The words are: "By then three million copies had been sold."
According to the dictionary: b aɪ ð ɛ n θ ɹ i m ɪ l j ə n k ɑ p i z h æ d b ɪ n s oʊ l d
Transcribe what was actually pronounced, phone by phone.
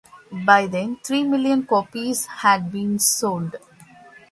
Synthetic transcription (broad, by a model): b aɪ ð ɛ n t ɹ i m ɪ l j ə n k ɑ p i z h æ d b ɪ n s oʊ l d